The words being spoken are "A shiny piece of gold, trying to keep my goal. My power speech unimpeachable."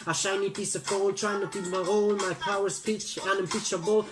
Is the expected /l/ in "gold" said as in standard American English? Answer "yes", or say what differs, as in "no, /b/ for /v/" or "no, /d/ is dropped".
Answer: no, /w/ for /l/